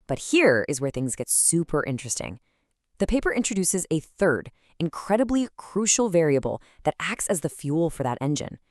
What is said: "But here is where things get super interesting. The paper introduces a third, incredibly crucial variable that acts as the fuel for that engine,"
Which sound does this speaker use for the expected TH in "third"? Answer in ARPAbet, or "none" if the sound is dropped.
TH